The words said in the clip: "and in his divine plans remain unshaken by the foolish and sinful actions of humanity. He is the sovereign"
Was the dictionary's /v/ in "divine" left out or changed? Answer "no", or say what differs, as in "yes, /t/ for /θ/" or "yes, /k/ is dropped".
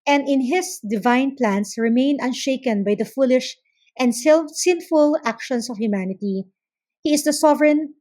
no